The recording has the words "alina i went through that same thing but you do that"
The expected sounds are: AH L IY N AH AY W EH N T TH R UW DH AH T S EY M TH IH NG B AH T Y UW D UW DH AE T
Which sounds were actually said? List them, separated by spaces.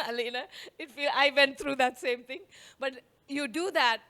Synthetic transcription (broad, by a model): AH L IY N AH AY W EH N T T R UW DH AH T S EY M T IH NG B AH T Y UW D UW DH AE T